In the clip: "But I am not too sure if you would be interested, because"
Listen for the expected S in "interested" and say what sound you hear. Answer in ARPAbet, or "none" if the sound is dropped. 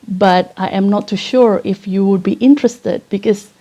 S